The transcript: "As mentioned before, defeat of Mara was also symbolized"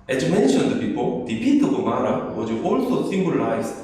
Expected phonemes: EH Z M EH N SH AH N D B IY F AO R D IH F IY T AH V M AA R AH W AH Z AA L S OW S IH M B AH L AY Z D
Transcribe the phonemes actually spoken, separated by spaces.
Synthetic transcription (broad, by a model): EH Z M EH N SH AH N D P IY P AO L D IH P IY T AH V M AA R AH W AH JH AA L S OW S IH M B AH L AY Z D